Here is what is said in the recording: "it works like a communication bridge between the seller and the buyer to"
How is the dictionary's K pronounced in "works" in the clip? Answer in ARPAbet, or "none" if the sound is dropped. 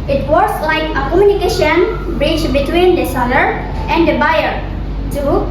none